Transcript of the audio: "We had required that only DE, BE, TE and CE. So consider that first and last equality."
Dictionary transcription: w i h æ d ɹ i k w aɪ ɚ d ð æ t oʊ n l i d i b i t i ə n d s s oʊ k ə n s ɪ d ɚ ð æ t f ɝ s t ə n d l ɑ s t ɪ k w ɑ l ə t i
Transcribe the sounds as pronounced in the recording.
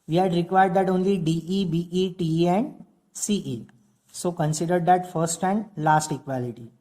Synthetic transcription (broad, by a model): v i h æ d ɹ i k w aɪ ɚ d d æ t oʊ n l i d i b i t i ə n d s s oʊ k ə n s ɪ d ɚ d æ t f ɝ s t ə n d l ɑ s t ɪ k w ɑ l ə t i